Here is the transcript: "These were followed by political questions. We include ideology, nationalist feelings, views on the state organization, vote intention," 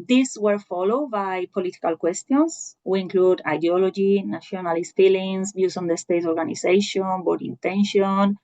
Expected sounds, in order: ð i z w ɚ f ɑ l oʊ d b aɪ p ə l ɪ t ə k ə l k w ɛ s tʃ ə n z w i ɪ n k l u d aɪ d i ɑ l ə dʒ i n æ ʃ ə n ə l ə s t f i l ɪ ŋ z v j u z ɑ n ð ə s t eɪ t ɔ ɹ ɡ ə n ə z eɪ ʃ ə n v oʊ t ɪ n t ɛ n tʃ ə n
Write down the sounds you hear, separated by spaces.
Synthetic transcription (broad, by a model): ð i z w ɚ f ɑ l oʊ d b aɪ p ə l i t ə k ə l k w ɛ s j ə n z w i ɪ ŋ k l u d aɪ d i ɑ l ə dʒ i n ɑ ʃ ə n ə l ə s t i l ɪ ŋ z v j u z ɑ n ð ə s t eɪ t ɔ ɹ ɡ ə n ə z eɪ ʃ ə n b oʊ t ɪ n t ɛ n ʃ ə n